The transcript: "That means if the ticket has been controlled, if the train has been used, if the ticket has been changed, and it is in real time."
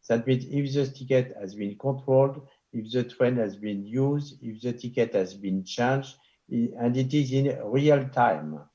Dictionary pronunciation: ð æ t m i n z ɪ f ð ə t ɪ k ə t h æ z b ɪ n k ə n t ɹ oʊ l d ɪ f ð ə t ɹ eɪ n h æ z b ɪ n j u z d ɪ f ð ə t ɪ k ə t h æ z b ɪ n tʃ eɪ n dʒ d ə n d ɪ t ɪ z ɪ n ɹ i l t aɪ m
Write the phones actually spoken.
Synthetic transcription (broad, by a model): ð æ t m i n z ɪ f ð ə t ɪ k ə t h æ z b ɪ n k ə t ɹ oʊ l d ɪ f ð ə t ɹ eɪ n h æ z b ɪ n j u z d ɪ f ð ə t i k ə t h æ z b ɪ n tʃ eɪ n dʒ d ə n d ɪ t ɪ z ɪ n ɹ i l t aɪ m